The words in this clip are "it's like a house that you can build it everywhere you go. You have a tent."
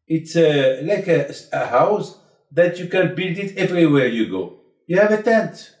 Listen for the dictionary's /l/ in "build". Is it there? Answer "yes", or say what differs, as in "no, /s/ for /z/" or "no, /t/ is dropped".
yes